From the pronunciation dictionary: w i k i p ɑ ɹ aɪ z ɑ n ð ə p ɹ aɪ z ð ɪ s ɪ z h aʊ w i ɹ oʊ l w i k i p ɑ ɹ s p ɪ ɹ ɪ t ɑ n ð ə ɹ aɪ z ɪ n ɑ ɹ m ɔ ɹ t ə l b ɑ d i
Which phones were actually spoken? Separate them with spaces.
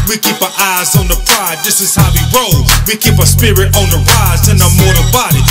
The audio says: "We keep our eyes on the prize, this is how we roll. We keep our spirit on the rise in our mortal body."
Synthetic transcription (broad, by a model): w i k i p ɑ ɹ aɪ z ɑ n ð ə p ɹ aɪ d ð ɪ s ɪ z h aʊ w i ɹ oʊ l w i k i p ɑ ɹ s p ɪ ɹ ɪ t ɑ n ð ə ɹ aɪ z ɪ n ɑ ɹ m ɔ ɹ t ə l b ɑ d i